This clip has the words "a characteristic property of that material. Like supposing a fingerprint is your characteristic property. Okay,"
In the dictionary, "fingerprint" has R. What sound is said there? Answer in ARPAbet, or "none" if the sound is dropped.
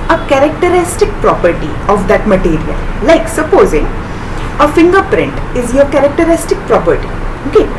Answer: R